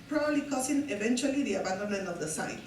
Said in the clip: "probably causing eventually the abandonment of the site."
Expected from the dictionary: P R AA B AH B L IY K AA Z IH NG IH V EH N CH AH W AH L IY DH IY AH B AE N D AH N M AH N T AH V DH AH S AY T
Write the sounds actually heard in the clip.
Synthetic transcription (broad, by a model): P R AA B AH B L IY K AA S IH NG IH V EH N CH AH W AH L IY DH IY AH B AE N D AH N M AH N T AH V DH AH S AY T